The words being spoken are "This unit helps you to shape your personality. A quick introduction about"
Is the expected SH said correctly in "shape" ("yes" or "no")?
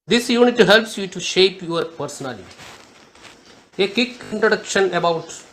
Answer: yes